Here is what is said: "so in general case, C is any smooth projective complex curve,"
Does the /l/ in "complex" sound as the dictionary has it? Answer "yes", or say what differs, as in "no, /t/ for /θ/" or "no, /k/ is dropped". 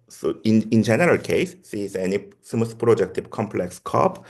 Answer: yes